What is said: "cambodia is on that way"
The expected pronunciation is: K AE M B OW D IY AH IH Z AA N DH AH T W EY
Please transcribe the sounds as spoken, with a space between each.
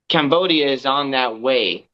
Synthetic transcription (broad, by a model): K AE M B OW D IY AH IH Z N DH AH T W EY